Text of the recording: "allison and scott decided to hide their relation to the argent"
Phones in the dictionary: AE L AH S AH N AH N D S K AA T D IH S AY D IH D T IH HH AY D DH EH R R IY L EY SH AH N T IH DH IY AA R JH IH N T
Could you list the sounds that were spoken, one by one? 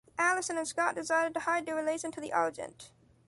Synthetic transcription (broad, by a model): AE L AH S AH N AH N S K AA T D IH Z AY D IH D T IH HH AY D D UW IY L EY S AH N T IH DH IY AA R JH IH N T